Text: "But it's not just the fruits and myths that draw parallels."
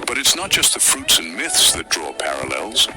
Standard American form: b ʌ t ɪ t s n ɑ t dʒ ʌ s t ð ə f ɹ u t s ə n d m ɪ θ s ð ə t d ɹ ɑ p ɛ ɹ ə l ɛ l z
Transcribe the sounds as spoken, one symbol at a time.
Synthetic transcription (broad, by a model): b ʌ t ɪ t s n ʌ t dʒ ʌ s t ð ə f ɹ u t s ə n m ɪ θ s ð ə t d ɹ ɑ p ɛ ɹ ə l ɛ l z